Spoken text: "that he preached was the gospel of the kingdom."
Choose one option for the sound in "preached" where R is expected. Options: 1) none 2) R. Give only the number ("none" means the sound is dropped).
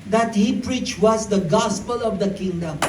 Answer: 2